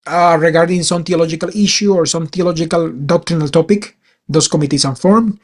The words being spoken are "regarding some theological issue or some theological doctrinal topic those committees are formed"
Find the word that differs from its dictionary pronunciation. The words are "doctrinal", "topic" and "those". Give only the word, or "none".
those